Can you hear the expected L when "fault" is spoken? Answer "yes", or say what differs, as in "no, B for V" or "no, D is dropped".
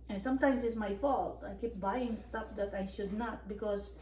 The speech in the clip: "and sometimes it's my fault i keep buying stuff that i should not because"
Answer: yes